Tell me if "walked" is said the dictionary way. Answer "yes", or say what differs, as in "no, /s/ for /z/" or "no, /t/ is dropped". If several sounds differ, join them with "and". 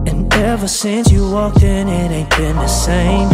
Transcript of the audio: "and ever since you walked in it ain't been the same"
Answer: no, /t/ is dropped